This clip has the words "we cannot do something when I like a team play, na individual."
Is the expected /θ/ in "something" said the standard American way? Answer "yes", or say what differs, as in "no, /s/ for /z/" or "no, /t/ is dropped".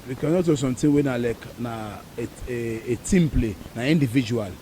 no, /t/ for /θ/